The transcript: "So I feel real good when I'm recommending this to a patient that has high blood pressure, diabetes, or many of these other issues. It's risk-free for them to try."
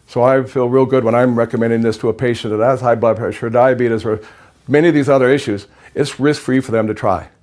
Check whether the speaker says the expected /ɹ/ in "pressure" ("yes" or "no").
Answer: no